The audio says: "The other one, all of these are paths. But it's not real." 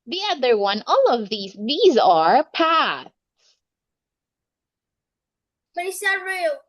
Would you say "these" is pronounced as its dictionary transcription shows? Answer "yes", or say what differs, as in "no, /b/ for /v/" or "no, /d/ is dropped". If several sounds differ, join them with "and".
yes